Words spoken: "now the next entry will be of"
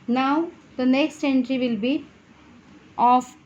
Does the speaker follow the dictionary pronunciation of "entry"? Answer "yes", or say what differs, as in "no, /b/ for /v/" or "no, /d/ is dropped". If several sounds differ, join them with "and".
yes